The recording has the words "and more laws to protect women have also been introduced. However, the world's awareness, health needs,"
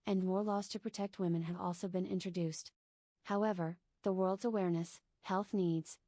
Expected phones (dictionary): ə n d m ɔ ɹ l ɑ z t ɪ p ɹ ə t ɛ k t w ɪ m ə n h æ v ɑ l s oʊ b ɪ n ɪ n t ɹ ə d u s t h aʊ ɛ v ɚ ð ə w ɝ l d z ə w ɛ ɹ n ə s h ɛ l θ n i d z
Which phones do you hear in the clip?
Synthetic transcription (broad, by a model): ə n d m ɔ ɹ l ɑ z t ɪ p ɹ ə t ɛ k t w ɪ m ə n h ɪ v ɑ l s oʊ b ɪ n ɪ n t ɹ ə d u s t h aʊ ɛ v ɚ ð ə w ɝ l d z ə w ɛ ɹ n ə s h ɛ l θ n i d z